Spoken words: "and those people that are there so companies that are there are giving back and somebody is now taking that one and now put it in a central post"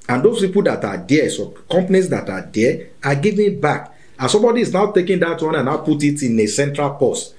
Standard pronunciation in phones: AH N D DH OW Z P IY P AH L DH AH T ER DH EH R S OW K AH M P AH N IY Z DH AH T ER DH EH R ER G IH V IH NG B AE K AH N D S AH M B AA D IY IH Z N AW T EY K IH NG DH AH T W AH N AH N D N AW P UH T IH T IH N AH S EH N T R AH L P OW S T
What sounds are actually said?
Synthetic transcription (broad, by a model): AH N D OW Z P IY P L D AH T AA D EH S OW K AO M P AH N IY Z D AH T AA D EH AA G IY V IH B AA K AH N S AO M B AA D IY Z N AW T EY K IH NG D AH T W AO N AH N N AW P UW T IH T IH N AH S EH N T R AH L P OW S T